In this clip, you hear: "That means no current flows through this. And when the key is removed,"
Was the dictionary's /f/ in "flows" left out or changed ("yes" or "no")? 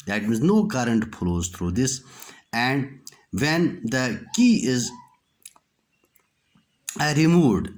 yes